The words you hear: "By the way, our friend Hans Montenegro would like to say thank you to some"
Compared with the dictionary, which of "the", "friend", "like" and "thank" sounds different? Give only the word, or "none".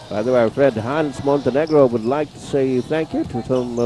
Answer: none